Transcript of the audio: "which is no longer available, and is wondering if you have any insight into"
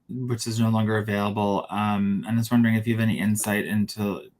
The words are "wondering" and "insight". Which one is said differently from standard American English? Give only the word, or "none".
none